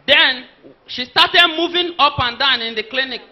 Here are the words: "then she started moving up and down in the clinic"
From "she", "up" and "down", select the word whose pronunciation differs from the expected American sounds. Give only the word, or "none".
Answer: none